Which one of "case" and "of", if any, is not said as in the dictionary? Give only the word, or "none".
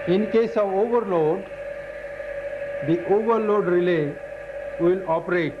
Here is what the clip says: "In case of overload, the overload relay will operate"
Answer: none